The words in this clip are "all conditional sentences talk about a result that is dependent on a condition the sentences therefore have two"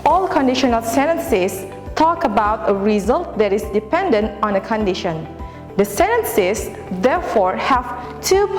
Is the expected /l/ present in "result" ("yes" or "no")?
yes